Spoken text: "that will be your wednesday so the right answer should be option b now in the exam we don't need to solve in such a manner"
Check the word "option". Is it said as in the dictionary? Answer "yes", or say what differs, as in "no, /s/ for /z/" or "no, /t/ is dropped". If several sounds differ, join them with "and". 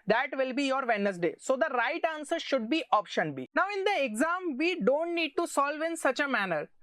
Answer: yes